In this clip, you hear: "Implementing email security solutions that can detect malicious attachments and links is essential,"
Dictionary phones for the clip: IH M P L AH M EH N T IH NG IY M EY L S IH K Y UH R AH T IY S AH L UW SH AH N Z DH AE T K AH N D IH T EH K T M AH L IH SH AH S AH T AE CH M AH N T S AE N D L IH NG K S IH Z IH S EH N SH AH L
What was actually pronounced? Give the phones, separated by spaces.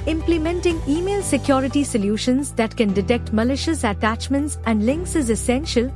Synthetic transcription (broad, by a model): IH M P L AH M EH N T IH NG IY M EY L S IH K Y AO R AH T IY S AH L UW SH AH N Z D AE T K AH N D IH T EH K T M AH L IH SH AH S AH T AE CH M AH N T S AE N D L IH NG K S IH Z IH S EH N SH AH L